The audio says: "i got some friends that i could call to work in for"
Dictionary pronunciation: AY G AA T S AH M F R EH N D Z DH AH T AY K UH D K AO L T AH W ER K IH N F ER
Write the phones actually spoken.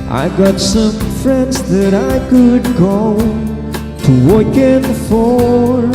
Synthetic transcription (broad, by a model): AY G AA T S AH M F R EH N D Z DH AH T AY K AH D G AO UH T AH W ER K IH N F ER